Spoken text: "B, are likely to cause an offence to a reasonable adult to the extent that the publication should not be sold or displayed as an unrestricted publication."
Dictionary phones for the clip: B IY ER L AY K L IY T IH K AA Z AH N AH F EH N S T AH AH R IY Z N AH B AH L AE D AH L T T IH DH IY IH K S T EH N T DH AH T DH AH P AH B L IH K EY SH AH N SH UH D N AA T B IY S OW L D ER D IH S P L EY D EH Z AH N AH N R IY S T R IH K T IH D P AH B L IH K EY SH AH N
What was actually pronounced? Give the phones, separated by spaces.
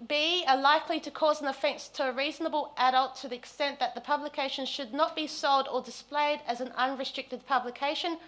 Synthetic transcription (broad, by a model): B IY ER L AY K L IY T IH K AA Z AH N AH F EH N S T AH AH R IY Z N AH B AH L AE D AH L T T IH DH IY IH K S T EH N DH AH T DH AH P AH B L IH K EY SH AH N SH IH D N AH T B IY S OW L D ER D IH S P L EY D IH Z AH N AH N R IY S T R IH K T IH D P AH B L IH K EY SH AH N